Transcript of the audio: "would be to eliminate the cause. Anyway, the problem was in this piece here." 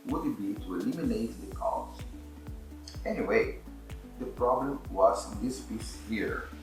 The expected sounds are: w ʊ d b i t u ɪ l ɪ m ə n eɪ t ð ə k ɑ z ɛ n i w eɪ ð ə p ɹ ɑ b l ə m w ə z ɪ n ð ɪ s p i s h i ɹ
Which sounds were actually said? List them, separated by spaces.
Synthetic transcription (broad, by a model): w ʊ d b i t u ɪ l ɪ m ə n eɪ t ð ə k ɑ s ɛ n i w eɪ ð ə p ɹ ɑ b l ə m w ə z ɪ n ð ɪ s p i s h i ɹ